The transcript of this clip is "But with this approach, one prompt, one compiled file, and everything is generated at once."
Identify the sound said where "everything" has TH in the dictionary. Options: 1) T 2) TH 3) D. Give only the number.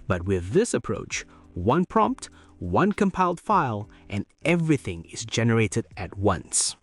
2